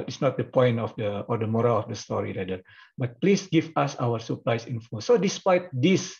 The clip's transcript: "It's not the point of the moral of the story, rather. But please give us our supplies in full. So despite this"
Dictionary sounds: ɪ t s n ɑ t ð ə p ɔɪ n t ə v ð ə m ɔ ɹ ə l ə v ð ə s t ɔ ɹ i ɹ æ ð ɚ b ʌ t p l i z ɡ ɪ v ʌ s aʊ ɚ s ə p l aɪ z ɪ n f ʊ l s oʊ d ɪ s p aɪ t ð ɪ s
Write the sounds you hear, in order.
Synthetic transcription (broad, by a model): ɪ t s n ɑ t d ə p ɔɪ n t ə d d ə m ɔ ɹ ə l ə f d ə s t ɔ ɹ i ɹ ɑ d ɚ b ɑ t p l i s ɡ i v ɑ s aʊ ɚ s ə p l aɪ s ɪ n f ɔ s oʊ d ɪ s p aɪ t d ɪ s